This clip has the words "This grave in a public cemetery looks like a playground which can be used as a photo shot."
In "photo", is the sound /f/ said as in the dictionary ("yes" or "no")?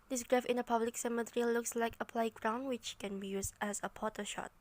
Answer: no